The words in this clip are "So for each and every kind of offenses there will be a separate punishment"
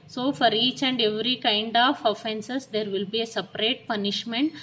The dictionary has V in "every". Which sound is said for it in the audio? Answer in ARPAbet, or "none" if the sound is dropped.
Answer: V